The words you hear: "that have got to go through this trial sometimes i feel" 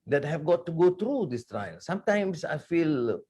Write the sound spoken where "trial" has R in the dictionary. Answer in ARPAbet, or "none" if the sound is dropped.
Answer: R